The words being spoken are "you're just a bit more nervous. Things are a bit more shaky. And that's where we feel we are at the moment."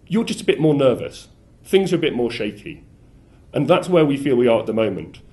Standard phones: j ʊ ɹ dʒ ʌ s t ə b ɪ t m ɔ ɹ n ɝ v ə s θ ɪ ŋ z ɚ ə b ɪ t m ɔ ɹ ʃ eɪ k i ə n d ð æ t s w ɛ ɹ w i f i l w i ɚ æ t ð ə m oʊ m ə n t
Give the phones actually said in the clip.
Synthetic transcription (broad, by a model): j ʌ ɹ dʒ ʌ s t ə b ɪ t m ɔ ɹ n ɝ v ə s θ ɪ ŋ z ɚ ə b ɪ t m ɔ ɹ ʃ eɪ k i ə n ð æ t s w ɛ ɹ w i f i l w i ɚ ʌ t ð ə m oʊ m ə n t